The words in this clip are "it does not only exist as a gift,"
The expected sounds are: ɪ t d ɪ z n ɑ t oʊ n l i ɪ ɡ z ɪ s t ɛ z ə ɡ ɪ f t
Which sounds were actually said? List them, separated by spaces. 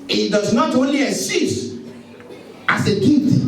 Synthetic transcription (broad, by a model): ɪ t d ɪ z n ɑ t oʊ n l i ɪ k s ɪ s t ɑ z ə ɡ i t